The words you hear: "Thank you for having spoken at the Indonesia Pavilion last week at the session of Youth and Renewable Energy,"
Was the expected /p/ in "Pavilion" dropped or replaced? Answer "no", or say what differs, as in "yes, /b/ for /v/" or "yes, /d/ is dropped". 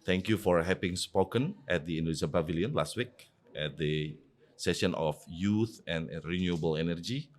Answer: yes, /b/ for /p/